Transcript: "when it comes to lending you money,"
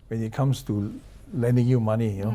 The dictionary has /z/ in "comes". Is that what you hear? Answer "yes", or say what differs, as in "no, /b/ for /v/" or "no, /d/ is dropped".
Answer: no, /s/ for /z/